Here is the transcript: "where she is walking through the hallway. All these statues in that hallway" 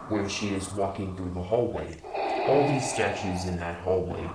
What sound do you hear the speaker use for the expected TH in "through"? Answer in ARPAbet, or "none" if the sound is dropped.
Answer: TH